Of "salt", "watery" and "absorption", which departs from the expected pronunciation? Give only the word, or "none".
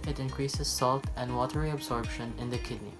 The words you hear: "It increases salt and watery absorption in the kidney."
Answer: absorption